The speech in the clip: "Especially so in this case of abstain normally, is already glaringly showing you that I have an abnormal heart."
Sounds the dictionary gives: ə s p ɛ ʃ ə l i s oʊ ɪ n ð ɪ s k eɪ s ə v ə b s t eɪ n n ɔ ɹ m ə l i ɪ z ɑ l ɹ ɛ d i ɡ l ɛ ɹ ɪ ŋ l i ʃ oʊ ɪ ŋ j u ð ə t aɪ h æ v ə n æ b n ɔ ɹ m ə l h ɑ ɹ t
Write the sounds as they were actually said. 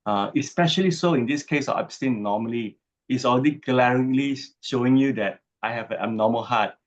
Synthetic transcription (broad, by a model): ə s p ɛ ʃ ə l i s oʊ ɪ n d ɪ s k eɪ s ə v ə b s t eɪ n n ɔ m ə l i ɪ s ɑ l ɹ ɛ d i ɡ l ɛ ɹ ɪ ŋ l i ʃ oʊ ɪ ŋ j u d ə t aɪ h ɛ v ə n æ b n ɔ m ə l h ɑ t